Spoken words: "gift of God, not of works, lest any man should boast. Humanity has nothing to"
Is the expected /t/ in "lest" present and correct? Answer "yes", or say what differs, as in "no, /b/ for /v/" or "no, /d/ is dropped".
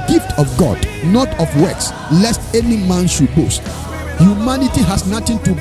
yes